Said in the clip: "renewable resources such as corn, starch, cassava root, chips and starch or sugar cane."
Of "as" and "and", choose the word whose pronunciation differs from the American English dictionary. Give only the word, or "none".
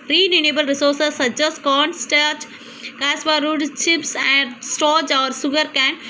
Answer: as